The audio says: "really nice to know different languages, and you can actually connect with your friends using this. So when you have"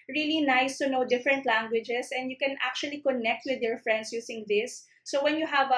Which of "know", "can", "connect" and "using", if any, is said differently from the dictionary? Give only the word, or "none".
using